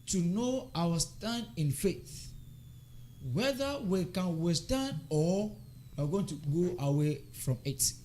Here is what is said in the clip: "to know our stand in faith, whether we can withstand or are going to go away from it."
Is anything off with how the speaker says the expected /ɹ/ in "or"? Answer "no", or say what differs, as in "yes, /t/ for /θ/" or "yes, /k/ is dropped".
yes, /w/ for /ɹ/